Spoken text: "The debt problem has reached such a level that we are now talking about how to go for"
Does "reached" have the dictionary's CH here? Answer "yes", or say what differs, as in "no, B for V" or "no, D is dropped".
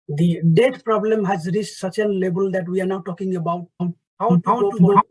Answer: no, S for CH